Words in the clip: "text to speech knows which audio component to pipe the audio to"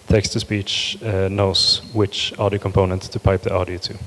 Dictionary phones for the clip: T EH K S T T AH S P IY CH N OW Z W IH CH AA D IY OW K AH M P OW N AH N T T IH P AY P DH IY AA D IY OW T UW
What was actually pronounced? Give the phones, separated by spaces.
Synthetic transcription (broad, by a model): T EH K S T T AH S P IY CH N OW S W IH CH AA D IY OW K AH M P OW N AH N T T IH P AY P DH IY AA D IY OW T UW